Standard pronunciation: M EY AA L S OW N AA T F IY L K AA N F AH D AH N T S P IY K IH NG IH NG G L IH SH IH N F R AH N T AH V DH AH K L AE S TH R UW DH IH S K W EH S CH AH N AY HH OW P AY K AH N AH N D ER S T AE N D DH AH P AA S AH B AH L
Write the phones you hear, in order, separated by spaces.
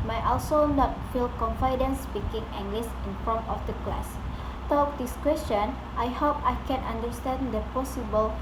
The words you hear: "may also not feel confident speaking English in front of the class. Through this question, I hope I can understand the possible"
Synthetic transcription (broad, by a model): M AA AA L S OW N AA T F IY L K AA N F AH D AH N S P IY K IH NG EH NG G L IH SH IH N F AO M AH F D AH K L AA S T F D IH S K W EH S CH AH N AY HH OW P AY K AH N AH N D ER S T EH N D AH P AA S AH B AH L